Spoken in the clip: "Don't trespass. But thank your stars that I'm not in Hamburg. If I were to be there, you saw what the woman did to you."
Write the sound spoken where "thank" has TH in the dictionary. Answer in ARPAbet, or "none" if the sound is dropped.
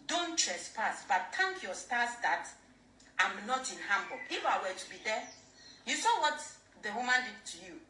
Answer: T